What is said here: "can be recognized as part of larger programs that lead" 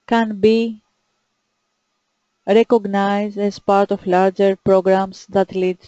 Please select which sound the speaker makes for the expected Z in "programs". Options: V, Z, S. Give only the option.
S